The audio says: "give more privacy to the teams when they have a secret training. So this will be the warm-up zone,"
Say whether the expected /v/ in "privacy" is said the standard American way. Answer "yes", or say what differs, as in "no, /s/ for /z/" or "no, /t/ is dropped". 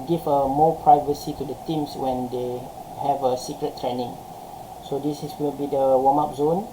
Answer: yes